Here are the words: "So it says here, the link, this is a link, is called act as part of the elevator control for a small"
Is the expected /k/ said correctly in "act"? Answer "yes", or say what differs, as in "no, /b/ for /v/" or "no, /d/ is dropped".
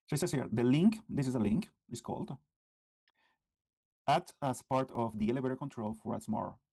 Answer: no, /k/ is dropped